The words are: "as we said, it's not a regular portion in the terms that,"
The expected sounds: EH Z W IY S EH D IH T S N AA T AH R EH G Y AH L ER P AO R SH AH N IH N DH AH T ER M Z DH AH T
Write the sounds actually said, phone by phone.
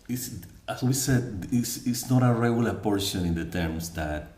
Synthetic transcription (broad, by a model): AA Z W IY S EH D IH S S N AA T AH R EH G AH L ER P AO R SH AH N IH N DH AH T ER M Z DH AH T